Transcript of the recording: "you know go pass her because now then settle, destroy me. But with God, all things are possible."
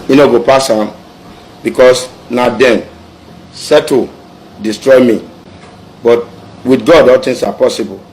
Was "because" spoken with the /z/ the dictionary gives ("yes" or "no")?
no